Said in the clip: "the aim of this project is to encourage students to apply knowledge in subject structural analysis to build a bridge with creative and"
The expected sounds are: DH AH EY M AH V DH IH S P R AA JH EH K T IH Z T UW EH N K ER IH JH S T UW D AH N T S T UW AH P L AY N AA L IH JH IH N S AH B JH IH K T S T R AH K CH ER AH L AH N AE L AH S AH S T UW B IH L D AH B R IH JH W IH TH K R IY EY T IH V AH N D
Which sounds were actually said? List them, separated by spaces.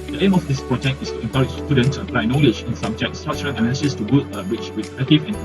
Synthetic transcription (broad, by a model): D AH EY M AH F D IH S P R AA JH EH K T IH S T UW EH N K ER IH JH S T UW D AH N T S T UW AH P L AY N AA L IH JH IH N S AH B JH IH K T S T R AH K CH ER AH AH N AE N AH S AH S T UW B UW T AH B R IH CH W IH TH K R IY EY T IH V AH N